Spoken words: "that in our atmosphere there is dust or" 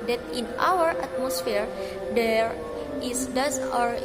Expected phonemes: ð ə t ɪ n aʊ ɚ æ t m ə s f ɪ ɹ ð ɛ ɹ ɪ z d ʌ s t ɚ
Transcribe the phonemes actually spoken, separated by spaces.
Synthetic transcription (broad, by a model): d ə t ɪ n aʊ ɚ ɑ t m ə s f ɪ ɹ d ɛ ɹ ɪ s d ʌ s ɔ